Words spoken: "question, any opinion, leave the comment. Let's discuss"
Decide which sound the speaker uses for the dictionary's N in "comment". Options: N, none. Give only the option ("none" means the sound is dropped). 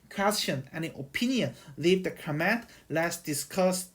none